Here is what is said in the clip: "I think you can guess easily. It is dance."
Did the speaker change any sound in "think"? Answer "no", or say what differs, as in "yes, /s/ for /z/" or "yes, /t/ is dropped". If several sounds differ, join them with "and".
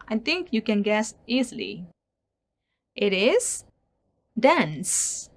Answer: yes, /t/ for /θ/